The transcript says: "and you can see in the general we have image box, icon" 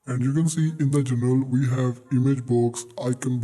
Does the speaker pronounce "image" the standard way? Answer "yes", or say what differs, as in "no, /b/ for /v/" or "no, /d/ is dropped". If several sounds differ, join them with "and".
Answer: yes